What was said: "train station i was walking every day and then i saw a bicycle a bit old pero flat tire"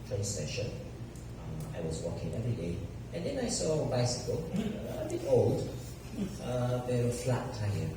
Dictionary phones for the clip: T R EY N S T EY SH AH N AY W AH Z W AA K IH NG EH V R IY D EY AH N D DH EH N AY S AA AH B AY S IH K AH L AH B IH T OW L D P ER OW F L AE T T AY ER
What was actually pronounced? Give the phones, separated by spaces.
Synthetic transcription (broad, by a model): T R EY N S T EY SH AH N AY W AH Z W AA K IH NG EH V R IY D EY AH N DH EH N AY S AA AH B AY S IH K AH L AH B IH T OW L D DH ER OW F L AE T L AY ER